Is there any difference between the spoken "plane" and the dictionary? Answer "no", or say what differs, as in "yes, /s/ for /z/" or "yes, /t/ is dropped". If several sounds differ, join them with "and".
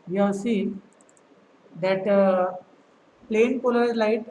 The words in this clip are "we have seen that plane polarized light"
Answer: no